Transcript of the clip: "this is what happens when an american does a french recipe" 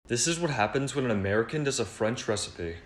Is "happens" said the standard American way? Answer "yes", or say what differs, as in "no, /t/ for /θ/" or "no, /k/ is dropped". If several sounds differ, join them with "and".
yes